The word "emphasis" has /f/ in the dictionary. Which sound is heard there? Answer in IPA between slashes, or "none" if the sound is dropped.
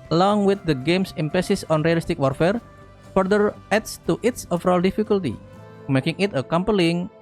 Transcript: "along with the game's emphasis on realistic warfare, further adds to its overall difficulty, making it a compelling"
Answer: /p/